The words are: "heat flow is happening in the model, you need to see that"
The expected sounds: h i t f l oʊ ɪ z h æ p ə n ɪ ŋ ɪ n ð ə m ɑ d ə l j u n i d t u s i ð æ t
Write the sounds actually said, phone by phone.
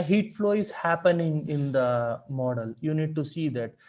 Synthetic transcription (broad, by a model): h i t f l oʊ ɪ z h æ p ə n ɪ ŋ ɪ n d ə m ɑ d ə l j u n i d t u s i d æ t